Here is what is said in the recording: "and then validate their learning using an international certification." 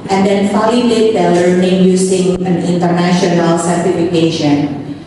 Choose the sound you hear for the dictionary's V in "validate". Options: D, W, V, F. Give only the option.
F